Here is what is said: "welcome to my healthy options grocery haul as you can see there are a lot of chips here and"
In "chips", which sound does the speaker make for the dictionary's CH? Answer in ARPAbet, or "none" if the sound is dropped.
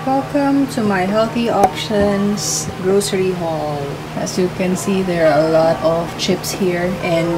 CH